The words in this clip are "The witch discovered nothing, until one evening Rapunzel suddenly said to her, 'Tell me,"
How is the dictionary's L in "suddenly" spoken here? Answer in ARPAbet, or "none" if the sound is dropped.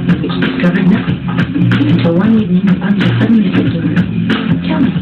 none